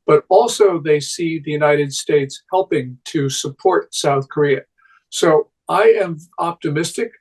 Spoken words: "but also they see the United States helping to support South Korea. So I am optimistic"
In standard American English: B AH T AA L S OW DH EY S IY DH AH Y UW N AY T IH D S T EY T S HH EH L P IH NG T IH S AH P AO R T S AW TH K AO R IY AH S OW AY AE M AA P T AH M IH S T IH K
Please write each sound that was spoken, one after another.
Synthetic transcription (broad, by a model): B AH T AA L S OW DH EY S IY DH AH Y UW N AY T IH D S T EY T S HH EH L P IH NG T IH S AH P AO R T S AW TH K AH R IY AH S OW AY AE M AA P T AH M IH S T IH K